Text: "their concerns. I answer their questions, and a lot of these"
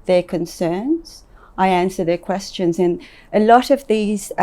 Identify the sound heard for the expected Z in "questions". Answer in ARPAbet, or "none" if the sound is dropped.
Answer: Z